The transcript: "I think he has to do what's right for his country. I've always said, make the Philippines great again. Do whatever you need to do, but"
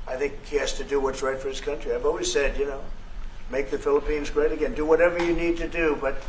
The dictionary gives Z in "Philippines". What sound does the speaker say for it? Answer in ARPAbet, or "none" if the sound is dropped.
Z